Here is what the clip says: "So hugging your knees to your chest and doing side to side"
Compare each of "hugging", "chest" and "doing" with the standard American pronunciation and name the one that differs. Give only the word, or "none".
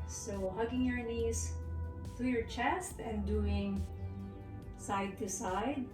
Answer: none